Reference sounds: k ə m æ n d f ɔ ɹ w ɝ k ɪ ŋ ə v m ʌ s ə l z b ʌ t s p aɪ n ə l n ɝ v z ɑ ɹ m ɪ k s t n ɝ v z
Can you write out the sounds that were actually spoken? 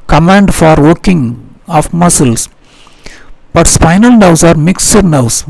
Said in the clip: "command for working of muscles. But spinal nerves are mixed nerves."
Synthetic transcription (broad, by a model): k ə m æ n d f ɔ ɹ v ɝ k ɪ ŋ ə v m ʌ s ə l s b ʌ t s p aɪ n ə l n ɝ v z ɑ ɹ m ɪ k s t n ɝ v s